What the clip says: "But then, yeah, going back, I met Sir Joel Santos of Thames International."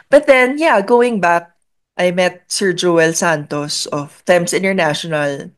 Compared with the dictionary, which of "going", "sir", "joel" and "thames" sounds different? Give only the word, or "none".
thames